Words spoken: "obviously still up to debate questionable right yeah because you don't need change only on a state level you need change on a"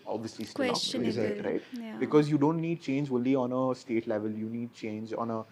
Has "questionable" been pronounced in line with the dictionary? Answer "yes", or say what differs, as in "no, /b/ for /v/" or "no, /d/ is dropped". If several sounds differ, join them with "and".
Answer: no, /n/ is dropped